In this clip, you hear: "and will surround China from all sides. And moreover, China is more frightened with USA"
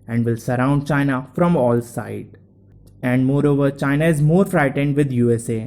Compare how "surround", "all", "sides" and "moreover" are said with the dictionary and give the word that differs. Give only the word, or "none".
sides